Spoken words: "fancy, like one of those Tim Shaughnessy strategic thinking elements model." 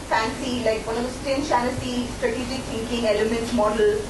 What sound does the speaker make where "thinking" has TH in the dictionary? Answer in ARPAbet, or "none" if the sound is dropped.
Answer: S